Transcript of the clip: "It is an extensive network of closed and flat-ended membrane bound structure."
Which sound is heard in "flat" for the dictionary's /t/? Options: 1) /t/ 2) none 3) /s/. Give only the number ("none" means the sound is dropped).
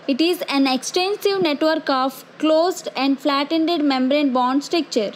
1